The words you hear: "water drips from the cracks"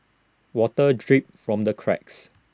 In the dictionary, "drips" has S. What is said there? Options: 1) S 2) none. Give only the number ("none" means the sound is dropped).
2